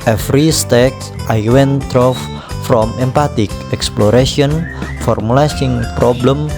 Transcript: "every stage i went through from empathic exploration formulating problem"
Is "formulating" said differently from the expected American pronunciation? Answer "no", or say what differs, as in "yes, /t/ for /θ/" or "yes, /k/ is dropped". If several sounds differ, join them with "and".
yes, /s/ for /t/